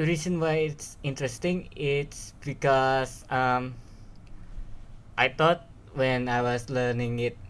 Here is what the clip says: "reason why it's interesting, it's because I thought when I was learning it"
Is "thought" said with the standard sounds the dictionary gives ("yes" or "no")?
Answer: no